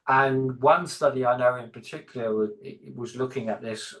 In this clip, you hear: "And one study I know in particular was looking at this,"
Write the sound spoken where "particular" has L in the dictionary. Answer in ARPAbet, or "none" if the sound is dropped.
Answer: none